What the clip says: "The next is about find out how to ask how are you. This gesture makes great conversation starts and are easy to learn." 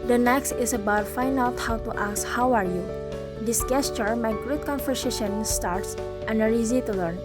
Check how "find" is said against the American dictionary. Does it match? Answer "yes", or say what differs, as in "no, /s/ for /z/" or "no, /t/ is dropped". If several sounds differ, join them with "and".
no, /d/ is dropped